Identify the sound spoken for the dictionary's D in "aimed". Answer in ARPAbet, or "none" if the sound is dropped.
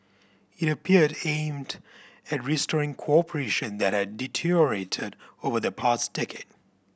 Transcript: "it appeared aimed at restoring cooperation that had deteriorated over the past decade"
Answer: D